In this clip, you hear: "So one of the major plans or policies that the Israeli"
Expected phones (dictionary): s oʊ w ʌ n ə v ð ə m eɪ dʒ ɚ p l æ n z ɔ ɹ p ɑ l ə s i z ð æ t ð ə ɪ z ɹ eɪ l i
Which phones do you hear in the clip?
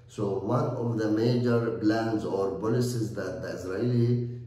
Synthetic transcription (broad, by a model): s oʊ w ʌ n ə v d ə m eɪ dʒ ɚ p l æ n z ɔ ɹ b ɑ l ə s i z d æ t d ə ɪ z ɹ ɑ l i